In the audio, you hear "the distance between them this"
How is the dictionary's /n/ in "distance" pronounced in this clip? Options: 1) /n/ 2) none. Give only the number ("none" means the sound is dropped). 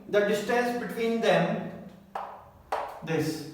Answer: 2